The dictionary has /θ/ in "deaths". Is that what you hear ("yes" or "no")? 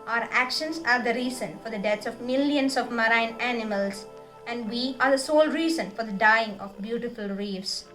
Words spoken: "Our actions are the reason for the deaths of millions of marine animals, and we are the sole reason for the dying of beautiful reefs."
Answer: no